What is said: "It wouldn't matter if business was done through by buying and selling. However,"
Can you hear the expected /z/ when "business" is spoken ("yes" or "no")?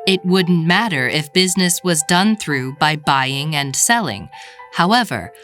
yes